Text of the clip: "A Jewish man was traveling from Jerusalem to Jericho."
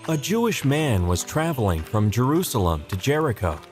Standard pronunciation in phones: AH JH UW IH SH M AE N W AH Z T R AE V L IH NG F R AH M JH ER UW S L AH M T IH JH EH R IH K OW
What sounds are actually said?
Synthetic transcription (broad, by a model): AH JH UW IH SH M AE N W AH Z T R AE V L IH NG F R AH M JH ER UW S L AH M T IH JH EH R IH K OW